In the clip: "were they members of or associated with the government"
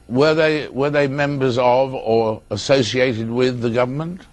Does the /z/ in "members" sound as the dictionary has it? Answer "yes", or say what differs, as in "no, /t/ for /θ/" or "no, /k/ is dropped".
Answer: yes